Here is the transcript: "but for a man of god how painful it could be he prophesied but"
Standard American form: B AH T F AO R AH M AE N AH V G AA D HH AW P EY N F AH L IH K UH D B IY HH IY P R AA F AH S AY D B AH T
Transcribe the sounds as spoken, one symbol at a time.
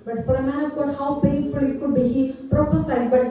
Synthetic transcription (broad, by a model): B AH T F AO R AH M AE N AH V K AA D HH AW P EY F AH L IH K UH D B IY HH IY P R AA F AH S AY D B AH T